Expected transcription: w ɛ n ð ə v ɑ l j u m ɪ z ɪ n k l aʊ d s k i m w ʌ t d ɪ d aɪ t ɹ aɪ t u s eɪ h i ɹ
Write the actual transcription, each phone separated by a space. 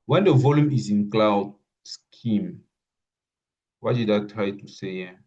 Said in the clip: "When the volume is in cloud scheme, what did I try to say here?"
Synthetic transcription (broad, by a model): w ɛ n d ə v ɑ l j u m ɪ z ɪ n k l aʊ d s k i m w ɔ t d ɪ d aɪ t ɹ aɪ t u s eɪ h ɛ